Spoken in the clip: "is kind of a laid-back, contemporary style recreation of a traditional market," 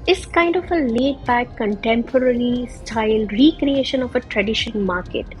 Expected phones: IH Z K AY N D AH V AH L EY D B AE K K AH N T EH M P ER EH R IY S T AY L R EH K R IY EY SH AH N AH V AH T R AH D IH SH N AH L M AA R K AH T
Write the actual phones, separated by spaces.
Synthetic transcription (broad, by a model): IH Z K AY N D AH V AH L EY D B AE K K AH N T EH M P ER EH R IY S T AY L R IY K R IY EY SH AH N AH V AH T R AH D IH SH AH N M AA R K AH T